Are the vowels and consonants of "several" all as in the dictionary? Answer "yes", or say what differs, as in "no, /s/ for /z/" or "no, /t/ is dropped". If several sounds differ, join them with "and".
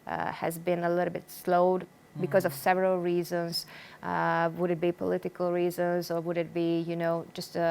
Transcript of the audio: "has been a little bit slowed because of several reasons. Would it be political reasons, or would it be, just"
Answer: yes